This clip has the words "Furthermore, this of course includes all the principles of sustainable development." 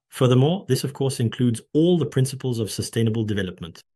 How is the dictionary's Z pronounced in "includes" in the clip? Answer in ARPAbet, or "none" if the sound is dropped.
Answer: Z